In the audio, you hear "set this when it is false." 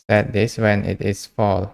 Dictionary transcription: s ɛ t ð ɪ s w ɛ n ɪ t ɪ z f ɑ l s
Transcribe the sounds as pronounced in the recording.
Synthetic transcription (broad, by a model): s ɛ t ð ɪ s w ɛ n ɪ t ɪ s f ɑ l